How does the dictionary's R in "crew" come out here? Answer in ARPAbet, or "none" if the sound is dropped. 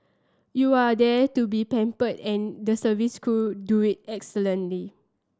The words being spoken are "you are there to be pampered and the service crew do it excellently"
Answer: none